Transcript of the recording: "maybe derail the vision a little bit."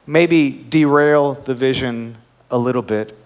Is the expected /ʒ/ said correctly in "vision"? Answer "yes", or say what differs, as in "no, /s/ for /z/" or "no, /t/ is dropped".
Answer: yes